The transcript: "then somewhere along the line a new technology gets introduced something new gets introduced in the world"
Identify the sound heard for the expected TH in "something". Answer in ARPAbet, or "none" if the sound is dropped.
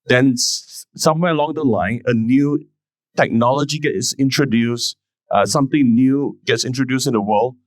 T